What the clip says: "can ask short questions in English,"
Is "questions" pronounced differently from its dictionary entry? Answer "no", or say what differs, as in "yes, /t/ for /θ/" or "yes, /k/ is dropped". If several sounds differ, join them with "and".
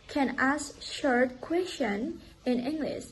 yes, /z/ is dropped